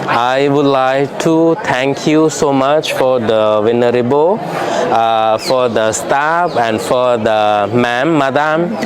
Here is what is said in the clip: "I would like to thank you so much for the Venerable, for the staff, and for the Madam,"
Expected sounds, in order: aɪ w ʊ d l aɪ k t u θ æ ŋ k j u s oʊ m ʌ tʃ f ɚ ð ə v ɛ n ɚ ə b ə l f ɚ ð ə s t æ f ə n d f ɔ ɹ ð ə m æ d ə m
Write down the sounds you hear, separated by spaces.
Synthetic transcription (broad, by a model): aɪ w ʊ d l aɪ k t u t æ ŋ k j u s oʊ m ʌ tʃ f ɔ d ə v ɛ n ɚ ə b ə f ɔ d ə s t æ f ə n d f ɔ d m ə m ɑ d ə m